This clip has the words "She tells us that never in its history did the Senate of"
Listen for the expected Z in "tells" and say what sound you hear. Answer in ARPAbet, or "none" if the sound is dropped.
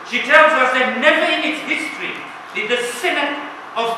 Z